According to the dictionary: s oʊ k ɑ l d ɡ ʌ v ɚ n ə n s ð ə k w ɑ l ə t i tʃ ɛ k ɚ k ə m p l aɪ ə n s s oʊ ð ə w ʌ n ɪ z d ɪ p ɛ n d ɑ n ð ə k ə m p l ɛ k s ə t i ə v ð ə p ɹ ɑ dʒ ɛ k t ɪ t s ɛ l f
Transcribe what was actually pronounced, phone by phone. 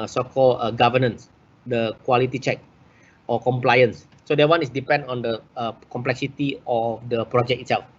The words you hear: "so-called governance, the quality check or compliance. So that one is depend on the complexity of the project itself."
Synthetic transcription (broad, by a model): s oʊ k ɑ l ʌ ɡ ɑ v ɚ n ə n s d ə k w ɑ l ə t i tʃ ɛ k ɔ k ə m p l aɪ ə n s s oʊ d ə w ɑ n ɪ s d ɪ p ɛ n d ɑ n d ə k ə m p l ɛ k s ə t i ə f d ə p ɹ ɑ dʒ ɛ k ɪ t s ɛ l f